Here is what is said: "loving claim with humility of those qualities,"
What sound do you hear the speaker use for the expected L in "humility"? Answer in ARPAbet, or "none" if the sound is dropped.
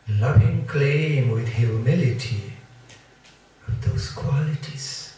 L